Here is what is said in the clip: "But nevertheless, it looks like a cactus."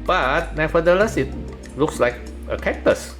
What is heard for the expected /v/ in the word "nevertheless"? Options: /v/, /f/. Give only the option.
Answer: /f/